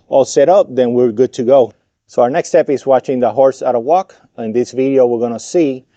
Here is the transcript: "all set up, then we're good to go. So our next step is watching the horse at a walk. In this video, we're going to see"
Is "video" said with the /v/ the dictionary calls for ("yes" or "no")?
yes